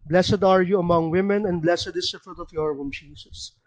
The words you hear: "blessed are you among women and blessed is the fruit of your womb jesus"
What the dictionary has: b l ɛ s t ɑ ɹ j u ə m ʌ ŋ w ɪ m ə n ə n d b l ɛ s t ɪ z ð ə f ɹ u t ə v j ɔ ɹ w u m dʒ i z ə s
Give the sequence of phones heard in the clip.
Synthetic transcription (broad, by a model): b l ɛ s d ɑ ɹ j u ə m ʌ ŋ w ɪ m ə n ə n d b l ɛ s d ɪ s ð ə f ɹ u t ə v j ɔ ɹ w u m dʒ i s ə s